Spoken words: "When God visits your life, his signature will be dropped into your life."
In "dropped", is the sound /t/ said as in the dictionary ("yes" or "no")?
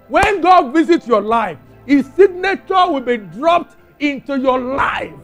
yes